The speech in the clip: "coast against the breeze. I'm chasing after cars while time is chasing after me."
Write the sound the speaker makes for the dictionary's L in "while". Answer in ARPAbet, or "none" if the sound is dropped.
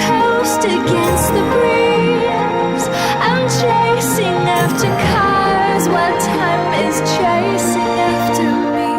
N